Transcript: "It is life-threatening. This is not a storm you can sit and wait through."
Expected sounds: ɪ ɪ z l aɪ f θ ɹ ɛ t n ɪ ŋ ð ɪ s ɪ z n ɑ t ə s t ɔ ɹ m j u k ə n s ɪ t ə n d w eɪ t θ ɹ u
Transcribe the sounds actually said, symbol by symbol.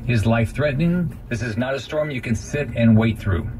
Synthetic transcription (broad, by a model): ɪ ɪ z l aɪ f θ ɹ ɛ t n ɪ ŋ ð ɪ s ɪ z n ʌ t ə s t ɔ ɹ m j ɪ k ə n s ɪ t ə n w eɪ t θ ɹ u